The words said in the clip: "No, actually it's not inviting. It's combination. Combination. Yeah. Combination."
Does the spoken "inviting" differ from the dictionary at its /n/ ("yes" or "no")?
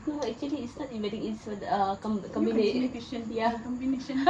yes